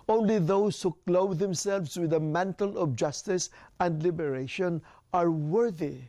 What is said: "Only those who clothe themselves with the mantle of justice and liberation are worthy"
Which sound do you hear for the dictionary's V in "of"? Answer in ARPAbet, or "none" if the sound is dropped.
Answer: B